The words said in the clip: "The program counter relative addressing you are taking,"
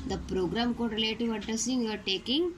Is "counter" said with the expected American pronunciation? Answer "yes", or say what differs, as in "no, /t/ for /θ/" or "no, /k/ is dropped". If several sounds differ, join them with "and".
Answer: no, /n/ is dropped